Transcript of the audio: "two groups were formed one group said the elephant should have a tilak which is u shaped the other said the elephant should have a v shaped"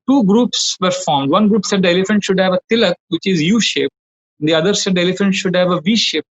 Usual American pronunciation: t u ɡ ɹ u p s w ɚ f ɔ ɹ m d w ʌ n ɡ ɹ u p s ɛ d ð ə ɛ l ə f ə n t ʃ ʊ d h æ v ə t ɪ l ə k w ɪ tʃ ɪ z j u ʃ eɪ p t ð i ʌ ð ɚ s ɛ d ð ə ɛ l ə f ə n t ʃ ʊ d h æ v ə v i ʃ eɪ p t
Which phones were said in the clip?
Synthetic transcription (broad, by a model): t u ɡ ɹ u p s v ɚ f ɔ ɹ m d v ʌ n ɡ ɹ u p s ɛ d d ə ɛ l ə f ə n t ʃ ʊ d h æ v ə t ɪ l ə k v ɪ tʃ ɪ z j u ʃ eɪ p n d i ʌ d ɚ s ɛ d ɛ l ə f ə n t ʃ ʊ d h æ v ə v i ʃ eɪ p